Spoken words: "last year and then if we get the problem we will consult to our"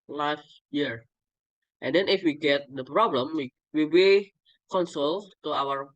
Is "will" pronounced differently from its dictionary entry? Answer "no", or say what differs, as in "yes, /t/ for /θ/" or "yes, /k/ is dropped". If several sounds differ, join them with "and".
yes, /w/ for /l/